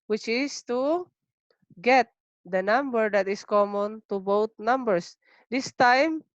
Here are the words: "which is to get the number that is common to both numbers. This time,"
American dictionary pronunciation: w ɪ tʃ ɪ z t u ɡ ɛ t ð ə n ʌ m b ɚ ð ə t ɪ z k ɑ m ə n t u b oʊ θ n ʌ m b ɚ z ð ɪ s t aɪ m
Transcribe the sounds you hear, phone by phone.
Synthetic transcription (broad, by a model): w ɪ tʃ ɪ s t u ɡ ɛ t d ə n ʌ m b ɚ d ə t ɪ s k ɑ m ə n t u b oʊ t n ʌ m b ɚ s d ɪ s t aɪ m